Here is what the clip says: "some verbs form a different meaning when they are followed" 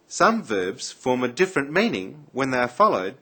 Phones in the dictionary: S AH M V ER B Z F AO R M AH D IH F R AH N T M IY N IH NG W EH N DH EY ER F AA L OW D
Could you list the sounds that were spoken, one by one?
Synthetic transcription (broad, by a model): S AH M V ER B Z F AO R M AH D IH F R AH N M IY N IH NG W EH N DH EY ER F AA L OW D